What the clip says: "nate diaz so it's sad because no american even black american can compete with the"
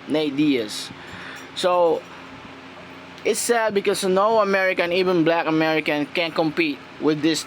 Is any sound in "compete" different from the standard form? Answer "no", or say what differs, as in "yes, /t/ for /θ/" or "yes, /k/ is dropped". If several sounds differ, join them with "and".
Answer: no